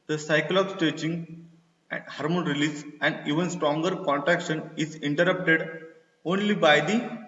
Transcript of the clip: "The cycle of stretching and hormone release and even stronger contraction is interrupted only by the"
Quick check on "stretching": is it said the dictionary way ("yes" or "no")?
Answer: no